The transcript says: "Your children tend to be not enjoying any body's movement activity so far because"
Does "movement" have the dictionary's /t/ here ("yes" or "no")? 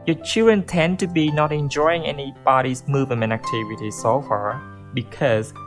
no